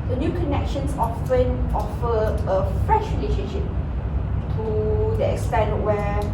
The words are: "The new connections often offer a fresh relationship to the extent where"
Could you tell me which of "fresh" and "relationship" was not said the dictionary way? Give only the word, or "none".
relationship